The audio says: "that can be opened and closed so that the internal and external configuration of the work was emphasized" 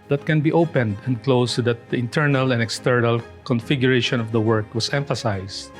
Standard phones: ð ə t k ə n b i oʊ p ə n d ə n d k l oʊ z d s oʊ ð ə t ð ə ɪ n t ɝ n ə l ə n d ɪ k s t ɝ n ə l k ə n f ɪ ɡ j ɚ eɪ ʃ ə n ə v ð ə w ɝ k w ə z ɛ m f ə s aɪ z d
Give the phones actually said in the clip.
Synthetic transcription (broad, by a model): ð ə t k ə n b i oʊ p ə n d ə n d k l oʊ s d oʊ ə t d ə ɪ n t ɝ n ə l ə n d ɪ k s t ɝ n ə l k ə n f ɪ ɡ j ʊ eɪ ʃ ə n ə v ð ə w ɝ k w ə s ɛ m f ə s aɪ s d